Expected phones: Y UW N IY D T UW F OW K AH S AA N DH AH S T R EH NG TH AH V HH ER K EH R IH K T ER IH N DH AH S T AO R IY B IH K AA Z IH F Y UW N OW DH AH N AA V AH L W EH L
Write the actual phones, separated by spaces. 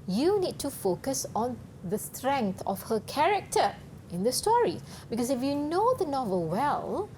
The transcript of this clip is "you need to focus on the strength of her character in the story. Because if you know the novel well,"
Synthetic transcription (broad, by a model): Y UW N IY D T UW F OW K AH S AA N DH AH S T R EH NG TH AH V HH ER K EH R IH K T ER IH N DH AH S T AO R IY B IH K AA S IH F Y UW N OW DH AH N AA V AH L W EH L